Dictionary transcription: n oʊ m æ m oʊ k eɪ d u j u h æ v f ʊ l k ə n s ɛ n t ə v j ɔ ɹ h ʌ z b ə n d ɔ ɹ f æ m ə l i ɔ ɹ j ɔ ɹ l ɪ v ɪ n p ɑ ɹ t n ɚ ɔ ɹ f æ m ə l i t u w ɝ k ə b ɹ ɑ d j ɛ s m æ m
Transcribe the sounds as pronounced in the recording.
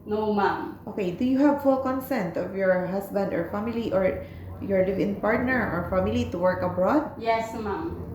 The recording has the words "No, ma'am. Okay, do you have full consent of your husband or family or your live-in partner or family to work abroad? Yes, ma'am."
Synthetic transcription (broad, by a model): n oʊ m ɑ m oʊ k eɪ d u j u h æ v f ʊ l k ə n s ɛ n t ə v j ɔ ɹ h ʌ s b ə n d ɔ ɹ f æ m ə l i ɔ ɹ j ɔ ɹ l ɪ v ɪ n p ɑ ɹ t n ɚ ɔ ɹ f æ m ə l i t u w ɝ k ə b ɹ ɑ d j ɛ s m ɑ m